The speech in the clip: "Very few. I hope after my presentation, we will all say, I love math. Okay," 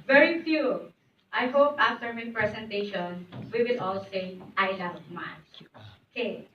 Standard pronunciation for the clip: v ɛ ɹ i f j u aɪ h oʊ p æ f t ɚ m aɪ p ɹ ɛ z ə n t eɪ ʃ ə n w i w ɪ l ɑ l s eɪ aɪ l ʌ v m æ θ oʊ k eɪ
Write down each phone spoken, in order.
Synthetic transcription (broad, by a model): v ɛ ɹ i f j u aɪ h oʊ p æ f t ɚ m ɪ p ɹ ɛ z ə n t eɪ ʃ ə n w i w ɪ l ɑ l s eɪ aɪ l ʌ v m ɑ s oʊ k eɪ